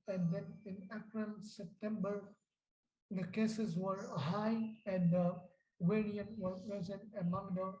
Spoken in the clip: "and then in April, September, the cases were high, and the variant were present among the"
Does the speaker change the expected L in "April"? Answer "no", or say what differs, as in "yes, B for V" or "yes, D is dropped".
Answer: yes, N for L